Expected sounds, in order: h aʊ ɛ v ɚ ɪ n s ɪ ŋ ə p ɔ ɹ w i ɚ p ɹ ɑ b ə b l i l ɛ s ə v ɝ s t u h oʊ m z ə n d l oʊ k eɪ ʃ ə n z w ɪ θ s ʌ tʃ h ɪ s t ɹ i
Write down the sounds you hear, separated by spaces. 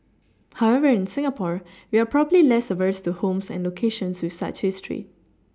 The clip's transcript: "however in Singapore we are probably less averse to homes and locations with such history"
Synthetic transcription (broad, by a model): h aʊ ɛ v ɚ ɪ n s ɪ ŋ ə p ɔ ɹ w i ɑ p ɹ ɑ b ə b l i l ɛ s ə v ɝ s t u h oʊ m s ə n l oʊ k eɪ ʃ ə n s w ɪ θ s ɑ tʃ h ɪ s t ɹ i